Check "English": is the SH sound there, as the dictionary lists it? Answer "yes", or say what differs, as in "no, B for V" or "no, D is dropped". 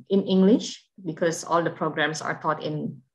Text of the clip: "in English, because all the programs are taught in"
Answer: yes